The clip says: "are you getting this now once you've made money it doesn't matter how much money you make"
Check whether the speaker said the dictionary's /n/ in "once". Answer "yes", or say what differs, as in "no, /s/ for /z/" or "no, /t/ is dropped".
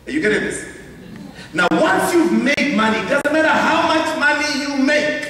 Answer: yes